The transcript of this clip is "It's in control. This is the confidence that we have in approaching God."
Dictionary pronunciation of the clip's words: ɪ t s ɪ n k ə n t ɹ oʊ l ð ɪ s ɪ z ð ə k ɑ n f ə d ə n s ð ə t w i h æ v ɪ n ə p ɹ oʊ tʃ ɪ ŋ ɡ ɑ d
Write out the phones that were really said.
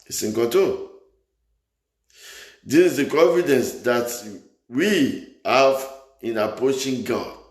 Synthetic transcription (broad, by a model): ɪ s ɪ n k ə t oʊ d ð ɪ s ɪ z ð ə k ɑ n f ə d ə n s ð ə t w i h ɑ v ɪ n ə p ɹ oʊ tʃ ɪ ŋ ɡ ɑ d